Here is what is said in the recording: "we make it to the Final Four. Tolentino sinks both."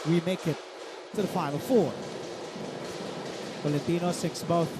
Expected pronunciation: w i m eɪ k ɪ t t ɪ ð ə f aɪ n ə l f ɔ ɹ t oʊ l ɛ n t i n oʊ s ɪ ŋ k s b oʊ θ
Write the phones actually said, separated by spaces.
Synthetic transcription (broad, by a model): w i m eɪ k ɪ t t ɪ ð ə f aɪ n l f ɔ ɹ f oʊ l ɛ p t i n oʊ s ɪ k s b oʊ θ